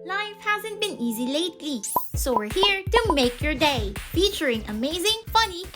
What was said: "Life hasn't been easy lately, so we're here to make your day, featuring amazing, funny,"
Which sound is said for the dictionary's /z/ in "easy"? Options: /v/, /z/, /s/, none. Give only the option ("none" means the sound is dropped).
/z/